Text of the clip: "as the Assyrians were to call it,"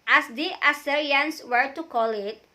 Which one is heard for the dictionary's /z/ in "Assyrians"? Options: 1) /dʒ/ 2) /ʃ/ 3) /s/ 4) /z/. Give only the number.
3